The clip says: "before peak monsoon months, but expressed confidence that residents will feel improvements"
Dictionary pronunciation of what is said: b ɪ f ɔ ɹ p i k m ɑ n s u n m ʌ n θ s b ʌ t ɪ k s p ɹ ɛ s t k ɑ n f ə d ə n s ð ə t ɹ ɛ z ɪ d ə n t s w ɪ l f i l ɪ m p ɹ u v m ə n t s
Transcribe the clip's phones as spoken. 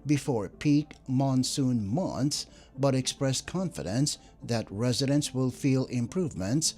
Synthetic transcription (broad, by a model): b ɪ f ɔ ɹ p i k m ɑ n s u n m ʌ n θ s b ʌ t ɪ k s p ɹ ɛ s k ɑ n f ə d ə n s ð ə t ɹ ɛ z ɪ d ə n t s w ɪ l f i l ɪ m p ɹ u v m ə n t s